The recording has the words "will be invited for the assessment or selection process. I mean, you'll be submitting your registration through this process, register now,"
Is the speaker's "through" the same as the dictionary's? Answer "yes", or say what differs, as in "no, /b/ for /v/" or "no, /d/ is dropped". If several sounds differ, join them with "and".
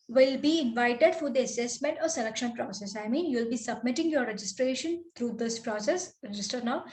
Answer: no, /t/ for /θ/